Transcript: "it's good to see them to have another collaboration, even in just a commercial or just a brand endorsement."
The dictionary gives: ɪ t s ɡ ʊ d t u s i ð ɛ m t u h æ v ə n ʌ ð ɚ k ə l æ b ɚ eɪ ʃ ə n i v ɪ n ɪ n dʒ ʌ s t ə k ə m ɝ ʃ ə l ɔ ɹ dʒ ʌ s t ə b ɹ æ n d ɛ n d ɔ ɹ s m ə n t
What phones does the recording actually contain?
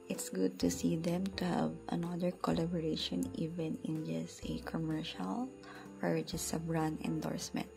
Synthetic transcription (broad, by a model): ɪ t s ɡ ʊ d t u s i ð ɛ m t u h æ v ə n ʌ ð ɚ k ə l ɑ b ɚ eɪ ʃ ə n i v ɪ n ɪ n dʒ ʌ s t ə k ə m ɝ ʃ ə l ɔ ɹ dʒ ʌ s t ə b ɹ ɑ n ɛ n d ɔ ɹ s m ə n t